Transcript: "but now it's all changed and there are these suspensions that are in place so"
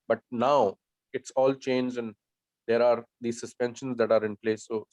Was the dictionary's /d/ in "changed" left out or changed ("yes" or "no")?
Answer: yes